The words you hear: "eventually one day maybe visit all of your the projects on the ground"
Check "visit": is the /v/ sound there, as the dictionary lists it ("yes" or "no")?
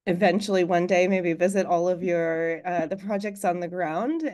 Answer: yes